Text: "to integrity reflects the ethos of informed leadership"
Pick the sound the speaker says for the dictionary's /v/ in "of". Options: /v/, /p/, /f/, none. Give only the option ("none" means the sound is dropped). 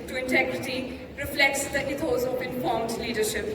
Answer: /p/